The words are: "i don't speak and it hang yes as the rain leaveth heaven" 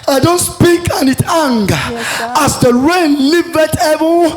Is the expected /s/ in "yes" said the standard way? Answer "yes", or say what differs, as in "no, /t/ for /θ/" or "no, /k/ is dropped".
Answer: no, /s/ is dropped